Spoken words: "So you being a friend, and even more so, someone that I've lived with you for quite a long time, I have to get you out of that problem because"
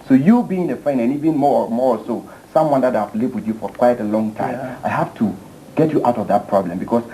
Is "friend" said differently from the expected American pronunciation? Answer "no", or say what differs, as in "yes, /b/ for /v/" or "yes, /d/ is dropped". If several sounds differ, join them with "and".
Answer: yes, /d/ is dropped